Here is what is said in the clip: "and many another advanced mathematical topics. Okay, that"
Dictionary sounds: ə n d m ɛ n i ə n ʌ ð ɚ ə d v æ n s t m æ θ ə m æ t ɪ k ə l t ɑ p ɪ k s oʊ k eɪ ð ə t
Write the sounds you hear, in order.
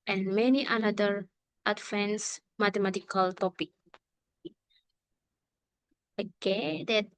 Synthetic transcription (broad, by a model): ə n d m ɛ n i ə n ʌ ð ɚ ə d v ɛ n s m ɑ t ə m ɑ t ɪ k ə l t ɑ p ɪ k oʊ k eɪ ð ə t